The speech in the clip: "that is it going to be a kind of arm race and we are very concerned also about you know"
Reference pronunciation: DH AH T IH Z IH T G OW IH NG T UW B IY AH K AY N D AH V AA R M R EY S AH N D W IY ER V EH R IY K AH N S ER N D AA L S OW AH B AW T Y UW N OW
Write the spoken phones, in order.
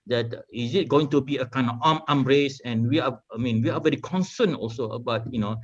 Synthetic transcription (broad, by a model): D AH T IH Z IH T G OW IH NG T UW B IY AH K AY N D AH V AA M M R EY S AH N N W IY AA V EH R IY K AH N S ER N AA L S OW AH B AW T Y UW N OW